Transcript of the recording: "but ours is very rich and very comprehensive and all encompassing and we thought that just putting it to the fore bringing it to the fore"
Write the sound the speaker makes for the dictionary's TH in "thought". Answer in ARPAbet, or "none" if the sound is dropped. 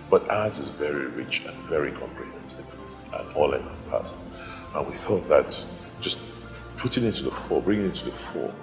TH